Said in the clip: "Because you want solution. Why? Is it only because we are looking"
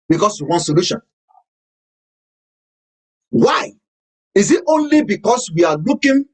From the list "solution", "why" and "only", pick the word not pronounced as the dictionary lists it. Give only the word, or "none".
none